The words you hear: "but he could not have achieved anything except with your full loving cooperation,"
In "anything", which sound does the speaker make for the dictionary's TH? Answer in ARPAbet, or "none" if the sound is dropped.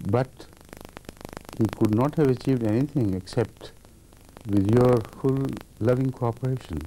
T